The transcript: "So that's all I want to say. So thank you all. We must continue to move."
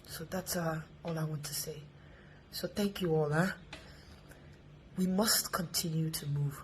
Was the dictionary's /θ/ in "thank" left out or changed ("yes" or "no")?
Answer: no